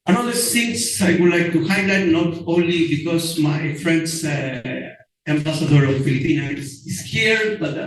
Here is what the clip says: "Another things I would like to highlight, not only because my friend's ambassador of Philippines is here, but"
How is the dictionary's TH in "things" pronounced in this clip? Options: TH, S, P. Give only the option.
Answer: S